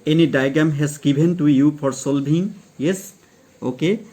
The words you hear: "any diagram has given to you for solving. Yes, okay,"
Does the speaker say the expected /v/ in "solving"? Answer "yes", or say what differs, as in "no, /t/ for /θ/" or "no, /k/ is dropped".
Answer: no, /b/ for /v/